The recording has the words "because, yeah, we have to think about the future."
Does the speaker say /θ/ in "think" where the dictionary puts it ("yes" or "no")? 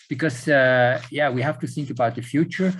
yes